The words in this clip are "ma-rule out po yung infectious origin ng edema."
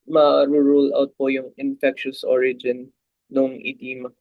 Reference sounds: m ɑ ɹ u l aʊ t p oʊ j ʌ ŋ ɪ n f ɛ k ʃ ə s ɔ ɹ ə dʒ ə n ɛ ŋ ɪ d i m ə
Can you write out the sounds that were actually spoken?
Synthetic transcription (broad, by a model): m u ɹ u l aʊ t p oʊ j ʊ ŋ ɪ n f ɛ k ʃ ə s ɔ ɹ ə dʒ ə n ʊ ŋ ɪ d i m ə